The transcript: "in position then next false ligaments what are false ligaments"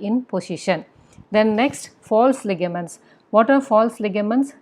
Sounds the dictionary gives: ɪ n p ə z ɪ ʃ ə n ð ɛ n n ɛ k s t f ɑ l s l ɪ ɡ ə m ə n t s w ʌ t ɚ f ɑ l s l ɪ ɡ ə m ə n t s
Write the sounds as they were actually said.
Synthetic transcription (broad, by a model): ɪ n p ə s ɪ ʃ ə n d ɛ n n ɛ k s t f ɑ l s l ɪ ɡ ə m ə n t s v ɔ t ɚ f ɑ l s l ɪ ɡ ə m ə n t s